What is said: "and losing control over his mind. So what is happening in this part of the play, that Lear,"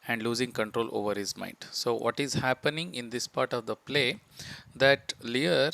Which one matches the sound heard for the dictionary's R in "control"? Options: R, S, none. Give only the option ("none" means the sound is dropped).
R